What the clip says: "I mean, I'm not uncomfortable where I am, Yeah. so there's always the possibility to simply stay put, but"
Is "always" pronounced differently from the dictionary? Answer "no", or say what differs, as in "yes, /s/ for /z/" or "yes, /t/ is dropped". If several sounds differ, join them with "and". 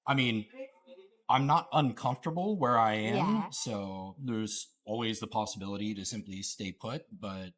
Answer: no